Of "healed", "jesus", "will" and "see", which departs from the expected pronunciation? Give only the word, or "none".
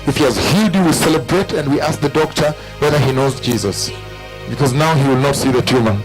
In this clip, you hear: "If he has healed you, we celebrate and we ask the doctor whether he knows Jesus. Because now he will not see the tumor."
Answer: healed